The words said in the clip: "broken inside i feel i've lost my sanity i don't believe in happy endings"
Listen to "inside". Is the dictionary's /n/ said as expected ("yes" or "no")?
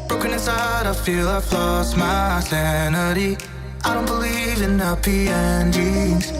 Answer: no